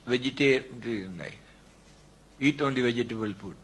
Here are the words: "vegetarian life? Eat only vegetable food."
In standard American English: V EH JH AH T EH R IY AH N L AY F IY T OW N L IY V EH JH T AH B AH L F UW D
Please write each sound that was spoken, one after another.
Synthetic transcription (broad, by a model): V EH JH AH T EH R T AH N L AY IY T OW N L IY V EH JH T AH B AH L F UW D